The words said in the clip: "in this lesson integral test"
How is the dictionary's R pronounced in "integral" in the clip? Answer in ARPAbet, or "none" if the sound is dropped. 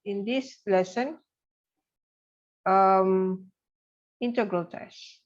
R